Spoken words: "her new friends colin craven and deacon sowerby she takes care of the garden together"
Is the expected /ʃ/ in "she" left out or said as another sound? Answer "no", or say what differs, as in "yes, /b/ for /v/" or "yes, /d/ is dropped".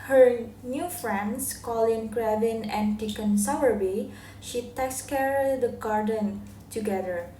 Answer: no